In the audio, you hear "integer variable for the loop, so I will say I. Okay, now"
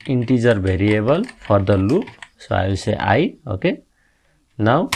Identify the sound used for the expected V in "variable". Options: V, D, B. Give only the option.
B